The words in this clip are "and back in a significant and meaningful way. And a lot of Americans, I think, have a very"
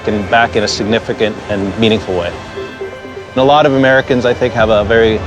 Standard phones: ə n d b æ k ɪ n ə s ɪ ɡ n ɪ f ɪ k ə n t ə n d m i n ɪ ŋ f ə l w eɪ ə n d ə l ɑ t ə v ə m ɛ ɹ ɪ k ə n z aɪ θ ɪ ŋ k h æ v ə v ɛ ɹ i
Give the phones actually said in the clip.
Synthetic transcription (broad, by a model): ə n b æ k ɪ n ə s ɪ ɡ n ɪ f ɪ k ə n t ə n m i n ɪ ŋ f l w eɪ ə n ə l ɑ t ə v ə m ɛ ɹ ɪ k ə n z aɪ θ ɪ ŋ k h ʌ v ə v ɛ ɹ i